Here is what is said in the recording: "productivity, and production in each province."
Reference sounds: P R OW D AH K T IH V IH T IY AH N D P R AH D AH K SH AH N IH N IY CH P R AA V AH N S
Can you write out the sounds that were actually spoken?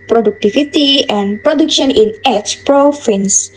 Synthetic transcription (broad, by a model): P R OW D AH K T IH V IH T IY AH N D P R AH D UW K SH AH N IH N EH S P R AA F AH N S